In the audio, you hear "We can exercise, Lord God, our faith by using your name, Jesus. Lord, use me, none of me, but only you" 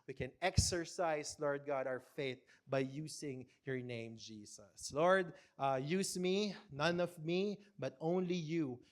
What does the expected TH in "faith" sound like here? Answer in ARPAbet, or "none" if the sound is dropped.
TH